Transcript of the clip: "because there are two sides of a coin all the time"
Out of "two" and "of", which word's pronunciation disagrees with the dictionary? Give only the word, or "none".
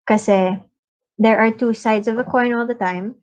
none